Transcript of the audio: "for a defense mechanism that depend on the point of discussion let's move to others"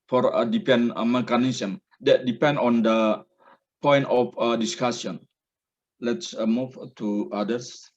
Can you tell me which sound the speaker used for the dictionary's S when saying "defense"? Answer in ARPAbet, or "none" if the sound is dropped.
none